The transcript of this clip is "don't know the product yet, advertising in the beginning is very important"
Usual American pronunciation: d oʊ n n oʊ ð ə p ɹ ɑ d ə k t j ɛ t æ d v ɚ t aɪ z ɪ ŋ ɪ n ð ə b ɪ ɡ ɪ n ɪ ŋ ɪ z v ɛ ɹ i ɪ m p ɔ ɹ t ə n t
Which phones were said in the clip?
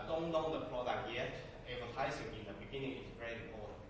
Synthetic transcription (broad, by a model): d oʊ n n oʊ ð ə p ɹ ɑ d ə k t j ɛ t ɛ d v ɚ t aɪ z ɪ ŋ ɪ n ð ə b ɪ ɡ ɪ n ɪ ŋ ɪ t v ɛ ɹ i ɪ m p ɔ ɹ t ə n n